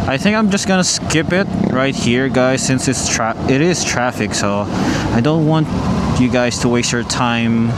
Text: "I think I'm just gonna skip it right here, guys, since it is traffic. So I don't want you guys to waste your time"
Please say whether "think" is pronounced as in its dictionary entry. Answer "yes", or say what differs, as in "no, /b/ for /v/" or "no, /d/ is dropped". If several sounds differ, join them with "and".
yes